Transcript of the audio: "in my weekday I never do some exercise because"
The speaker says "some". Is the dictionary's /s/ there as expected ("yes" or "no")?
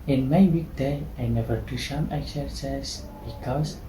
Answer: no